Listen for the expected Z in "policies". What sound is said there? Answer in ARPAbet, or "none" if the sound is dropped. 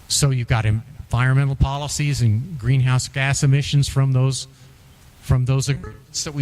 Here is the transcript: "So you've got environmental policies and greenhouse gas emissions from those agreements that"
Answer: Z